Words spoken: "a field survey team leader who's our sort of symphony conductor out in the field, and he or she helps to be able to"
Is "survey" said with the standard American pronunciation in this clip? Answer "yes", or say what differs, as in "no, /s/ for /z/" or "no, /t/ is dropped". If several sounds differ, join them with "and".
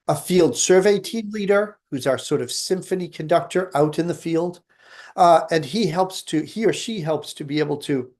yes